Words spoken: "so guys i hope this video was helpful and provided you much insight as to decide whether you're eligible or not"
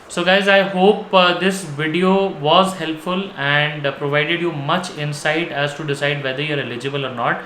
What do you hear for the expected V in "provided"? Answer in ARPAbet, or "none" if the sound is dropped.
V